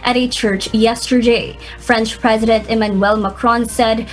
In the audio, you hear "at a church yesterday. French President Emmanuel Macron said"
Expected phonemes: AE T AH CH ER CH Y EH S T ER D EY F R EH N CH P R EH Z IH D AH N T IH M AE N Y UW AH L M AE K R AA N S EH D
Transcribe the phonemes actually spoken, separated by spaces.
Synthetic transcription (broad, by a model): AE T AH CH ER CH Y EH S T ER D EY F R EH N CH P R EH Z IH D AH N T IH M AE N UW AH L M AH K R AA N S EH D